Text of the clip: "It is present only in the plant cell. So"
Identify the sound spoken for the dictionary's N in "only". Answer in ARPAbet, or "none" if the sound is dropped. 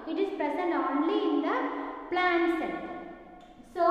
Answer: N